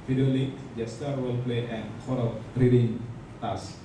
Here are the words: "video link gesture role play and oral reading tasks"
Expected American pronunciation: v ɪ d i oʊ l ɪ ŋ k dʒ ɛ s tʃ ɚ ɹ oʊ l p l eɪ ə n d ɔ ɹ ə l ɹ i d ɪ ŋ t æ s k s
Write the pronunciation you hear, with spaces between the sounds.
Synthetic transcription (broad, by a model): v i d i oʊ l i k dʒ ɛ s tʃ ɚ w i l p l eɪ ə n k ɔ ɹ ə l ɹ i d ɪ ŋ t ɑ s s